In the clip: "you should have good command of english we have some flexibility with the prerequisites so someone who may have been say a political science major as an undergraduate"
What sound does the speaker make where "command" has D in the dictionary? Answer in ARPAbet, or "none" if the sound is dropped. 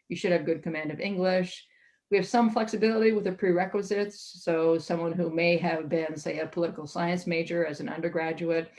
D